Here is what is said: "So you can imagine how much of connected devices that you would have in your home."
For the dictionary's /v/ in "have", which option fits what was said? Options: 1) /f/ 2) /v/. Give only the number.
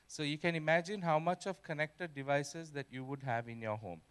2